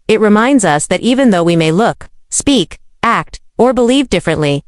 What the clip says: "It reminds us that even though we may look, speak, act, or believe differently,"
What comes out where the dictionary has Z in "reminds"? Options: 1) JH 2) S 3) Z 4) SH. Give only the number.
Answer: 3